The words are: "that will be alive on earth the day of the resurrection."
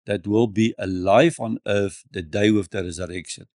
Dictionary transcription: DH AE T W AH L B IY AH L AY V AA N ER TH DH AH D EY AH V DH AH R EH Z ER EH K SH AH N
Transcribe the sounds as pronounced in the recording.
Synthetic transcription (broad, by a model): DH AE T W AH L B IY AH L AY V AA N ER F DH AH D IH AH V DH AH R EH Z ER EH K SH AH N